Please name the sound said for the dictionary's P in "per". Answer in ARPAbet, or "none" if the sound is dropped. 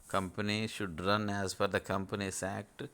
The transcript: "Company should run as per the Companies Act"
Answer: F